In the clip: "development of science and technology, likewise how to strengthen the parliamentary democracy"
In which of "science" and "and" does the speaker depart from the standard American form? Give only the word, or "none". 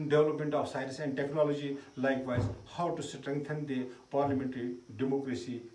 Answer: science